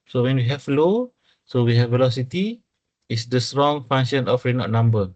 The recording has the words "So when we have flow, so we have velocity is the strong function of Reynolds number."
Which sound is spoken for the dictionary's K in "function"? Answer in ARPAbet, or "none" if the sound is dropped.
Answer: none